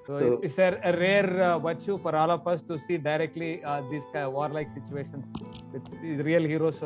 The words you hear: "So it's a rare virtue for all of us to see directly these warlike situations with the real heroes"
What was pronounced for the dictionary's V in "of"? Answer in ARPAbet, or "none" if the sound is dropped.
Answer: P